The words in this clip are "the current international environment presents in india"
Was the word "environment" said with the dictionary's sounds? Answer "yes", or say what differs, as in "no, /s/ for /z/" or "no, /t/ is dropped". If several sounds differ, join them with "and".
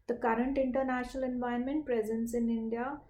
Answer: no, /ɹ/ is dropped